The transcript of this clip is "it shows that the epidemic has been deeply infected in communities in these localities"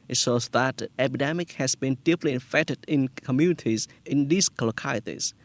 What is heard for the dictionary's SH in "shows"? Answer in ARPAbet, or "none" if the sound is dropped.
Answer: S